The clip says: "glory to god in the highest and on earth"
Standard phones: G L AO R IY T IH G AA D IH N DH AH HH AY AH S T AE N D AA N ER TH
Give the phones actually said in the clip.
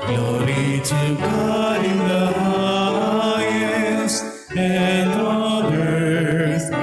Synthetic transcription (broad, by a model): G L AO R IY T IH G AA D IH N DH AH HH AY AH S AE N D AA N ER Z